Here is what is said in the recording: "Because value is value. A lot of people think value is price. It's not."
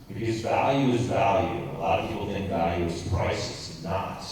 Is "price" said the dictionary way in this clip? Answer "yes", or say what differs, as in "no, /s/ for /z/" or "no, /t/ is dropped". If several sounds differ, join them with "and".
yes